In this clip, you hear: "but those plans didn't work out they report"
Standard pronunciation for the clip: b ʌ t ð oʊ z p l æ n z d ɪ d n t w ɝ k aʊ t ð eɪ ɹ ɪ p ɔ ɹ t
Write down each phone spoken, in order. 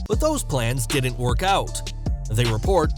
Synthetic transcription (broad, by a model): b ʌ t ð oʊ z p l æ n z d ɪ d n t w ɝ k aʊ t ð eɪ ɹ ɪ p ɔ ɹ t